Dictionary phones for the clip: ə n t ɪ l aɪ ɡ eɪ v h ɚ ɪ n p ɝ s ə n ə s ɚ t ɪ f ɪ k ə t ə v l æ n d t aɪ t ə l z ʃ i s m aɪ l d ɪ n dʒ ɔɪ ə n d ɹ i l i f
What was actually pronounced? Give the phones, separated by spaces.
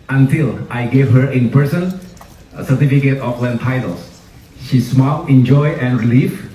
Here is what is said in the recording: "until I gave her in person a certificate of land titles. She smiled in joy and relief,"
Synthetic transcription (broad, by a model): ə n t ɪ l aɪ ɡ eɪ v h ɚ ɪ n p ɝ s ə n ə s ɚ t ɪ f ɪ k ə t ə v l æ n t aɪ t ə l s ʃ i s m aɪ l ɪ n dʒ ɔɪ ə n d ɹ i l i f